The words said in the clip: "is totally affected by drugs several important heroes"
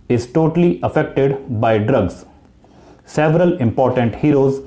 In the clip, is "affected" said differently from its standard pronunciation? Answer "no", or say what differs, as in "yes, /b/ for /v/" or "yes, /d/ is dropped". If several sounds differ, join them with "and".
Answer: no